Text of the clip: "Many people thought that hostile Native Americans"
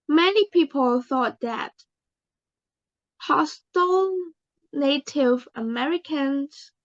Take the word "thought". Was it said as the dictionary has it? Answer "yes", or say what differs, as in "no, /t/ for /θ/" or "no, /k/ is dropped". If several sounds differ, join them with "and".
yes